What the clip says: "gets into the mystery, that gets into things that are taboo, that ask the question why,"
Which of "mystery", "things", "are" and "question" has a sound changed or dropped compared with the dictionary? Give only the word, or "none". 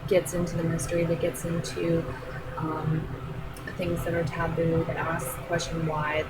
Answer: none